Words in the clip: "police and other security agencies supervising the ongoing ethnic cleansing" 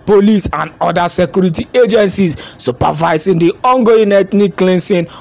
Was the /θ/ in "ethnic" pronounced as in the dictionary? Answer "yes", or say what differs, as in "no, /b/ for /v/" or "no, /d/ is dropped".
no, /t/ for /θ/